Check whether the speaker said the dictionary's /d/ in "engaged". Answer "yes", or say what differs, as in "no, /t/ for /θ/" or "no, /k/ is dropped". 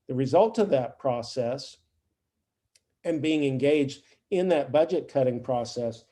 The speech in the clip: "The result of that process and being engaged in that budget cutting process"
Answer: yes